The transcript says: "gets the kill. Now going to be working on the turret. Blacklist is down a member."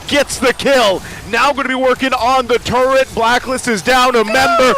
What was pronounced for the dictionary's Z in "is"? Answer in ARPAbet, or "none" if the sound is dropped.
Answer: Z